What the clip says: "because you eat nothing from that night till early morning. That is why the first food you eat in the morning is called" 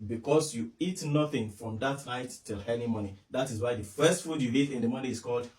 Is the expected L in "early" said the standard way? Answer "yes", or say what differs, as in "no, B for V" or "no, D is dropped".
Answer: no, N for L